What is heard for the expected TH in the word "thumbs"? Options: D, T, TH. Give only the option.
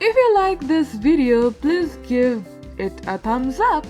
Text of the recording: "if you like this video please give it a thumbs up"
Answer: T